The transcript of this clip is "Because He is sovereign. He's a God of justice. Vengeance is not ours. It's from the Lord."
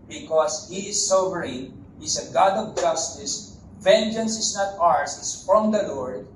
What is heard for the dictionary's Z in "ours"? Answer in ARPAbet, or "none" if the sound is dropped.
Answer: S